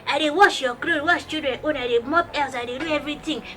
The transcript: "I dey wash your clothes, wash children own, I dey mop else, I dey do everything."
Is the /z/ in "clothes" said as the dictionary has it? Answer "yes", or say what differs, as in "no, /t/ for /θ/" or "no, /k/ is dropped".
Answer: no, /z/ is dropped